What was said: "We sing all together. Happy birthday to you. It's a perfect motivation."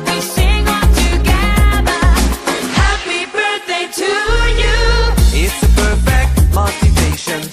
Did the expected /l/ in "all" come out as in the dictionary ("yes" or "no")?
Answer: no